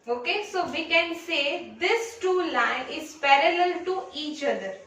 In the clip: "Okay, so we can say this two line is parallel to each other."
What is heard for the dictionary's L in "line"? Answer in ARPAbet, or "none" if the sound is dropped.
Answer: L